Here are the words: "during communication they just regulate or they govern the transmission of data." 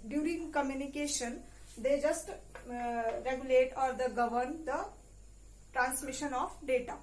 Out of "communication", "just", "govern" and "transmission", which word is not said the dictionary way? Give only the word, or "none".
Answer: none